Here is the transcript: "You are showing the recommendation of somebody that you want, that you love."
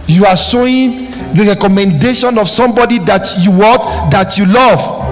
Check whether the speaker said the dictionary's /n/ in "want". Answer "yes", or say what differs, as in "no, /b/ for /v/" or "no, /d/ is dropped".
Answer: no, /n/ is dropped